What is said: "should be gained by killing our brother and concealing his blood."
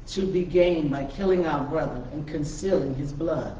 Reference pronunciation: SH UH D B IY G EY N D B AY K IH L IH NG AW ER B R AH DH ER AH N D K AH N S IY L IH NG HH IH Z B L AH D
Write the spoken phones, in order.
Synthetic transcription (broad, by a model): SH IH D B IY G EY N B AY K IH L IH NG AW ER B R AH DH ER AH N K AH N S IY L IH NG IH Z B L AH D